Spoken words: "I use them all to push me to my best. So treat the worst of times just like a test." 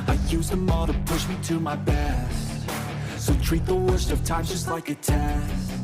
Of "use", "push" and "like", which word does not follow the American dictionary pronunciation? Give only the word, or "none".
none